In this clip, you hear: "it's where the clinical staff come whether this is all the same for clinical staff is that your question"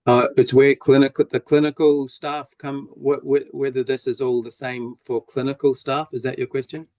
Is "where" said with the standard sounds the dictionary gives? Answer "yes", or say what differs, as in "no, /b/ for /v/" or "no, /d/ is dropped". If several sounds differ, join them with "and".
no, /l/ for /ɹ/